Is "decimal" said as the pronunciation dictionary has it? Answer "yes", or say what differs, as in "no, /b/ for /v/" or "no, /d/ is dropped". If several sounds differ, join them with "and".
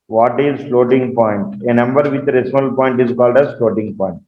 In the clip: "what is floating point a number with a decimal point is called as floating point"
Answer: no, /m/ is dropped